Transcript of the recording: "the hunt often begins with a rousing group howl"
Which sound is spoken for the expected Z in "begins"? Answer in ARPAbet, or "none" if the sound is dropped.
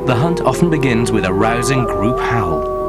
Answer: Z